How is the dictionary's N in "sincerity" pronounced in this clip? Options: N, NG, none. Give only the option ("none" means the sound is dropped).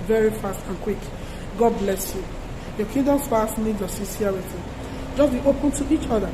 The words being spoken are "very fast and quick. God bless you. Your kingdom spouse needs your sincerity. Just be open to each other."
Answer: none